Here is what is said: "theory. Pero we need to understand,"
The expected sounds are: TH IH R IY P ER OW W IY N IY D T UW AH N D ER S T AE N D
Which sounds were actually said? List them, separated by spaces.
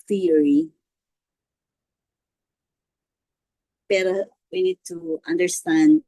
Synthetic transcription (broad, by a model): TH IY R IY B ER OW W IY N IY D T UW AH N D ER S T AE N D